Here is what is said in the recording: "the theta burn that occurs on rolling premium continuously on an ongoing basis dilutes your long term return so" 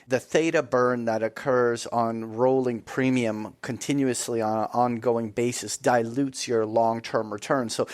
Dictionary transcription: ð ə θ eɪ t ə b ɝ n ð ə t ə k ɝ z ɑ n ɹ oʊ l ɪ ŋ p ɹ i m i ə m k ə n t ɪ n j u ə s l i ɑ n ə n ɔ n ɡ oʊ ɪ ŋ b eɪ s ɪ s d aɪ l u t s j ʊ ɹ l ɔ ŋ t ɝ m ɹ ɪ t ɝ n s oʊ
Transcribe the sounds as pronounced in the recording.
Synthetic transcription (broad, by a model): ð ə θ eɪ t ə b ɝ n ð ə t ə k ɝ z n ɹ oʊ l ɪ ŋ p ɹ i m i ə m k ə n t ɪ n j u ə s l i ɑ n ə n ɔ n ɡ oʊ ɪ ŋ b eɪ s ɪ s d aɪ l u t s j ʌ ɹ l ɔ ŋ t ɝ m ɹ ɪ t ɝ n s oʊ